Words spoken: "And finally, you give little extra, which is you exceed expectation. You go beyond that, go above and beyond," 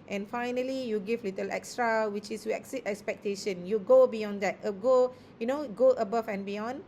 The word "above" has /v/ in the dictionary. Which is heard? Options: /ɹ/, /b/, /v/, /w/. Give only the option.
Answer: /b/